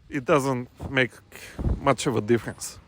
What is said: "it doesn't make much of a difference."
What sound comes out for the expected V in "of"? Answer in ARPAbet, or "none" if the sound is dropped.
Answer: V